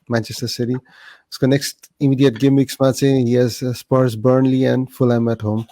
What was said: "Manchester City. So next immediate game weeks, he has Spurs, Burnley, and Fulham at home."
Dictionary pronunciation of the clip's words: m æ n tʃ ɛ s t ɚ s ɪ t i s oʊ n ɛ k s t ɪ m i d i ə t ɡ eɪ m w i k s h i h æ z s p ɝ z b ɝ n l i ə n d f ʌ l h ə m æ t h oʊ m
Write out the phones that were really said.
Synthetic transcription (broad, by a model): m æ n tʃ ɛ s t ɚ s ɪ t i s oʊ n ɛ k s t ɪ m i d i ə t ɡ eɪ m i k s h i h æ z s p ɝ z b ɝ n l i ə n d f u l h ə m æ t h oʊ m